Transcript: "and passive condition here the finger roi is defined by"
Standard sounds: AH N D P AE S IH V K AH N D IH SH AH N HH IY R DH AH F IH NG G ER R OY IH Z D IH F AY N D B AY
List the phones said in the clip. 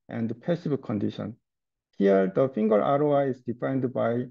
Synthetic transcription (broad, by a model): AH N D P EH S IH B K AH N D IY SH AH N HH IY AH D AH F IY NG G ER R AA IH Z D IH F AY N D B AY